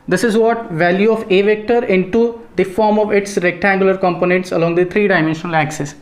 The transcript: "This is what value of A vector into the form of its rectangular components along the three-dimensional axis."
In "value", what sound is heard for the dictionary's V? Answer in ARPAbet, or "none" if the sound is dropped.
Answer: V